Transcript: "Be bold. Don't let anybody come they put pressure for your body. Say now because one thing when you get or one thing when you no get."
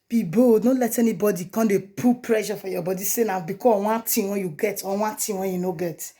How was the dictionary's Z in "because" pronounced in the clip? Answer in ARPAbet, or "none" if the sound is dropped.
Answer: none